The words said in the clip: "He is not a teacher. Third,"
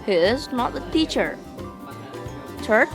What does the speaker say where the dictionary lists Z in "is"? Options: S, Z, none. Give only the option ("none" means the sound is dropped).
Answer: Z